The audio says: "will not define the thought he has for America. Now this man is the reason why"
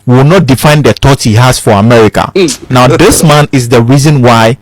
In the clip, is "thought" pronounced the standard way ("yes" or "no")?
no